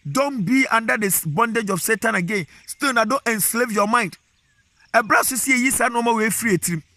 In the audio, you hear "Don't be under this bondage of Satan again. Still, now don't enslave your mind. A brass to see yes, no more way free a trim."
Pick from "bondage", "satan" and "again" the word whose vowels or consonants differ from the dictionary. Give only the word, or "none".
none